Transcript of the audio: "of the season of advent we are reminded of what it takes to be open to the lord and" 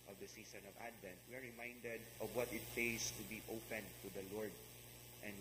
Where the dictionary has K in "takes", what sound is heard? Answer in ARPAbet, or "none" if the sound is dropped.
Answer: none